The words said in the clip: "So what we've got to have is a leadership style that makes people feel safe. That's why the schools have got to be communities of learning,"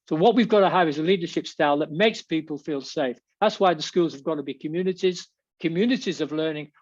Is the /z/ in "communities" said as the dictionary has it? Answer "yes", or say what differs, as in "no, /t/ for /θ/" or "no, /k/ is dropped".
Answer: yes